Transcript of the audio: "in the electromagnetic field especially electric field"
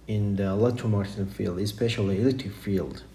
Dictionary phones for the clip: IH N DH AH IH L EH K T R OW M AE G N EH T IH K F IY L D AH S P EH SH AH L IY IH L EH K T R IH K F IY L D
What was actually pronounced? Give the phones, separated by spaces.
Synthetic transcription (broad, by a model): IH N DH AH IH L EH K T OW M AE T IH F IY L D AH S P EH SH AH L IY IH L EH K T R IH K F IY L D